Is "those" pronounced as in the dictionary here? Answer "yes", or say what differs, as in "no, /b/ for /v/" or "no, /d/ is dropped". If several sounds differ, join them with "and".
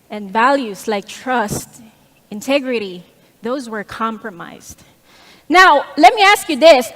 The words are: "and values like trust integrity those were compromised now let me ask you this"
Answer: yes